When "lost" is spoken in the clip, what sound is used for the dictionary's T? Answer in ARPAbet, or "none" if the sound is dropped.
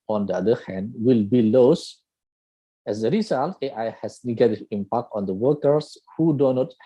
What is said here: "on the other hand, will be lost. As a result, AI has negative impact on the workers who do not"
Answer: none